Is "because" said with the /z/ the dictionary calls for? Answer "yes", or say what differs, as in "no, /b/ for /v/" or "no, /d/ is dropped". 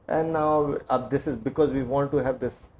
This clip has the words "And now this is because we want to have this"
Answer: yes